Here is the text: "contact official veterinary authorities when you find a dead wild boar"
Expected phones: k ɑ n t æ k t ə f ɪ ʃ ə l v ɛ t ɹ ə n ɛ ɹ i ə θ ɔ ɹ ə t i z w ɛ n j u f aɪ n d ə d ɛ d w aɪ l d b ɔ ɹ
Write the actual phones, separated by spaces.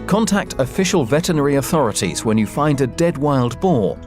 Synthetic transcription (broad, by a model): k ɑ n t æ k t ə f ɪ ʃ ə l v ɛ t ə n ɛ ɹ i ə θ ɔ ɹ ə t i z w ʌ n j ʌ f aɪ n d ə d ɛ d w aɪ l d b ɔ